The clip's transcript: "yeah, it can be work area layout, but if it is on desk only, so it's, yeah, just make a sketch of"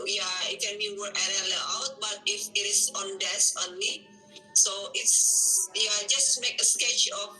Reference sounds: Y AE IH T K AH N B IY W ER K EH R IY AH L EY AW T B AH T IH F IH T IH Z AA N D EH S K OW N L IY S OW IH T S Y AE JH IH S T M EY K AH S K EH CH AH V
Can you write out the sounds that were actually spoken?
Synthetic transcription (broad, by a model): Y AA IH T K AH N B IY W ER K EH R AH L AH AW T B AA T IH F IH T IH S AA N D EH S OW N L IY S OW IH T S Y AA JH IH S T M EY K AH S K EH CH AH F